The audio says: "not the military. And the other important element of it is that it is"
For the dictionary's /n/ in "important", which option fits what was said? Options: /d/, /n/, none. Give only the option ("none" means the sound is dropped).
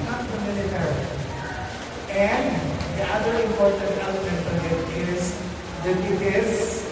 /n/